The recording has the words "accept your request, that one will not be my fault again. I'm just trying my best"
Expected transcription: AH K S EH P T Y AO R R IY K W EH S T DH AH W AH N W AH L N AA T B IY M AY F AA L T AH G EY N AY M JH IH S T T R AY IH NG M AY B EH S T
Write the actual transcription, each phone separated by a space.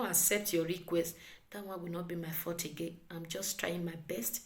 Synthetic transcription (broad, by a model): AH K S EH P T Y AO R R IY K W EH S T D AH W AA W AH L N AA T B IY M AY F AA T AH G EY AY M JH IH S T T R AY IH NG M AY B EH S T